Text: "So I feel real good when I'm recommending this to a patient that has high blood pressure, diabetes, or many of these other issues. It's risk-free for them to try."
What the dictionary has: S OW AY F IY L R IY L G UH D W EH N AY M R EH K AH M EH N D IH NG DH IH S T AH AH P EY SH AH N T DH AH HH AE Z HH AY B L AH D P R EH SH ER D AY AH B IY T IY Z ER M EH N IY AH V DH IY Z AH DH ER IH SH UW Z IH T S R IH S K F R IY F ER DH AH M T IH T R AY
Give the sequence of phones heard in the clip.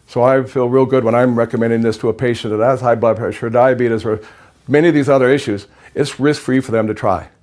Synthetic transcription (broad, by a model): S OW AY F IY L R IY L G UH D W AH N AY M R EH K AH M EH N D IH NG DH IH S T AH AH P EY SH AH N DH AH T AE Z HH AY B L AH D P EH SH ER D AY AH B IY T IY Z ER M EH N IY AH V DH IY Z AH DH ER IH SH UW Z IH T S R IH S K F R IY F ER DH AH M T IH T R AY